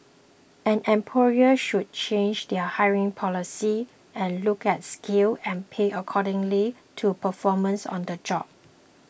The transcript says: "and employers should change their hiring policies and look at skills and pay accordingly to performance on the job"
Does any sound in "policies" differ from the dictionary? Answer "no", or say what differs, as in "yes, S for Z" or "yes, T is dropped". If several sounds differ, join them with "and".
yes, Z is dropped